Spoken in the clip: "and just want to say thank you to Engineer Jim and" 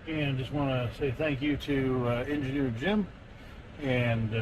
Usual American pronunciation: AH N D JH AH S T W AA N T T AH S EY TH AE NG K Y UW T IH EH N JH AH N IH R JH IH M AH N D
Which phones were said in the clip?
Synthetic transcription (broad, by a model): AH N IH JH AH S T W AA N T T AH S EY TH AE NG K Y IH T IH EH N JH AH N IH R JH IH M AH N